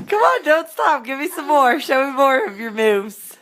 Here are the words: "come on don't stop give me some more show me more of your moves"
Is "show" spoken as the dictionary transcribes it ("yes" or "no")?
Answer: yes